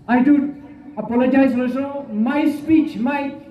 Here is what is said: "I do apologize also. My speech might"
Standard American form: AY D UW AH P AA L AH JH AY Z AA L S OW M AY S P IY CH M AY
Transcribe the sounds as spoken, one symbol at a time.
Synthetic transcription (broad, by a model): AY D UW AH P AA L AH JH AY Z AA S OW M AY S P IY CH M AY